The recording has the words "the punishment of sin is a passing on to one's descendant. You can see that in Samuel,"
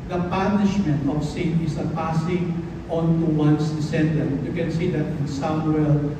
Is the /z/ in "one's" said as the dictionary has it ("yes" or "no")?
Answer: no